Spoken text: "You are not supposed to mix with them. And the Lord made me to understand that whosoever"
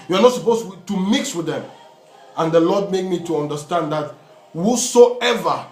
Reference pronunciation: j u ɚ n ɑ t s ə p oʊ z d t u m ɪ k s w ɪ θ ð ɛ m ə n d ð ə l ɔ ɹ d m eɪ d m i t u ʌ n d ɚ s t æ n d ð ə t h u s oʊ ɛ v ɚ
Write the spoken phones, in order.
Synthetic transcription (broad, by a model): j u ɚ n ɑ t s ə p oʊ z t u m ɪ k s w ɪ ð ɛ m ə n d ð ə l ɔ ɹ d m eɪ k m i t u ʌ n d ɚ s t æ n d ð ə t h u s oʊ ɛ v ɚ